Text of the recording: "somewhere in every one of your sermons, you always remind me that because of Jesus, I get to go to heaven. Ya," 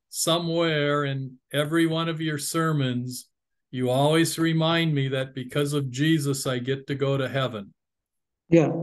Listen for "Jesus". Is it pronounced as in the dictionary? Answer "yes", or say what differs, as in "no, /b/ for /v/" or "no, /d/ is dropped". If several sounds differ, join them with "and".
yes